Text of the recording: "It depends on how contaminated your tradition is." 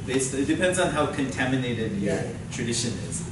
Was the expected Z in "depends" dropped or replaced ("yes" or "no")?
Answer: no